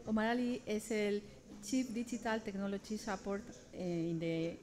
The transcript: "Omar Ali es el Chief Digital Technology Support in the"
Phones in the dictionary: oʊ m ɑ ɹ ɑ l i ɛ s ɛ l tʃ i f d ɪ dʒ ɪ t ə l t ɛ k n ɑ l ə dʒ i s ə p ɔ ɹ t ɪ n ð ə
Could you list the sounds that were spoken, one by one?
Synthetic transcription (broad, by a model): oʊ m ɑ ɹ ɑ l i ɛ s ɛ l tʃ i p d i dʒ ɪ t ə l t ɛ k n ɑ l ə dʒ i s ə p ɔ ɹ t ɪ n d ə